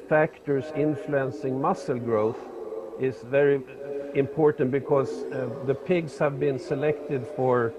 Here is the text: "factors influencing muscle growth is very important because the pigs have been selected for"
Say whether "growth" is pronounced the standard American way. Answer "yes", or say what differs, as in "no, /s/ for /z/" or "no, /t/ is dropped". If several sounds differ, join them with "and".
yes